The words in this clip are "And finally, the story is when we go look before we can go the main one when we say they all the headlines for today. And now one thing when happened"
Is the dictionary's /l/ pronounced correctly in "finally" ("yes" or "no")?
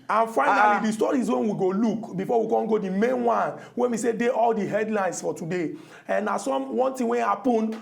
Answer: no